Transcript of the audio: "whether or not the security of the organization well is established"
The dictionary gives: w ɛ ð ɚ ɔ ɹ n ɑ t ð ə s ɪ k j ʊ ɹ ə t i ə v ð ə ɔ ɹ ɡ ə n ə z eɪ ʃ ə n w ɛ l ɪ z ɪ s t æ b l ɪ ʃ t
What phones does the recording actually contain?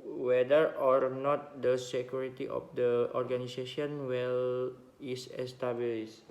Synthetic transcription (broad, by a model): w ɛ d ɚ ɔ ɹ n ɑ t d ə s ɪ k j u ɹ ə t i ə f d ə ɔ ɹ ɡ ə n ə s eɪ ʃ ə n w ɛ l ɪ s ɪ s t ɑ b l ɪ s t